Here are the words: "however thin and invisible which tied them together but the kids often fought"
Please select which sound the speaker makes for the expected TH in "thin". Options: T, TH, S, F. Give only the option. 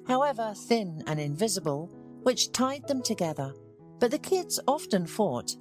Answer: TH